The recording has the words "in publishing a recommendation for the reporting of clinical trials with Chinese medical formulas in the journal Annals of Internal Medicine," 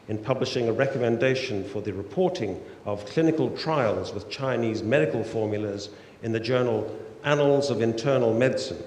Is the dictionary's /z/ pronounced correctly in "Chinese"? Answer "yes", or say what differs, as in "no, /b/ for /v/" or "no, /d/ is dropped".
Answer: yes